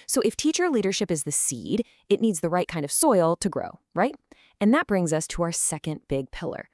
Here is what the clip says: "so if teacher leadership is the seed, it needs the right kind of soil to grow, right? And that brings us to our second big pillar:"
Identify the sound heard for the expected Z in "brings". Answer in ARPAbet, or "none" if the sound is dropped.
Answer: Z